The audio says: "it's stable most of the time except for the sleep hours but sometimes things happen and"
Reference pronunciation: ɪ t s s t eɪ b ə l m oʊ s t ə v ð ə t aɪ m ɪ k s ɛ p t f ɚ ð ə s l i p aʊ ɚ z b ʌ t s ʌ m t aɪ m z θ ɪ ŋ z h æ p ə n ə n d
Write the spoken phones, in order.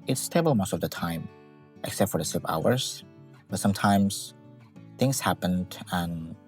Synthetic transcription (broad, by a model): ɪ t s s t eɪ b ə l m oʊ s t ə v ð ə t aɪ m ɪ k s ɛ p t f ɚ ð ə s i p aʊ ɚ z b ʌ t s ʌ m t aɪ m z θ ɪ ŋ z h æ p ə n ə n